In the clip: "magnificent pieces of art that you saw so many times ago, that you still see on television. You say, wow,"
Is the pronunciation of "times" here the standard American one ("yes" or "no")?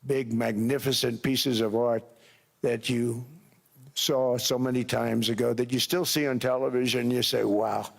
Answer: yes